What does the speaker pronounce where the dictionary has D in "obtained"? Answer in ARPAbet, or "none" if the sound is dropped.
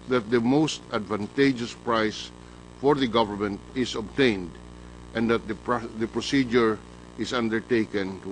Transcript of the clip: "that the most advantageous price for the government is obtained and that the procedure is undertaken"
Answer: D